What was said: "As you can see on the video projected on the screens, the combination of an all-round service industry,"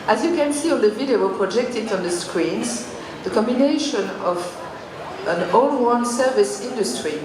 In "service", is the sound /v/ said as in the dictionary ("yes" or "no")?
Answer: yes